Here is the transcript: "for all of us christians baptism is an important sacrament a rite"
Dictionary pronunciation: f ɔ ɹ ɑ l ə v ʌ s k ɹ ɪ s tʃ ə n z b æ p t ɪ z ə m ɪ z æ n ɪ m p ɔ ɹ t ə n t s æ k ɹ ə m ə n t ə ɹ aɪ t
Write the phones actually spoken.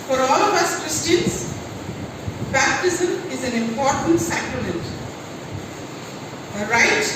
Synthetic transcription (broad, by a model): f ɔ ɹ ɑ l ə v ʌ s k ɹ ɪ s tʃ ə n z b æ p t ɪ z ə m ɪ z æ n ɪ m p ɔ ɹ t ə n t s æ k ɹ ə m ə n t ə ɹ aɪ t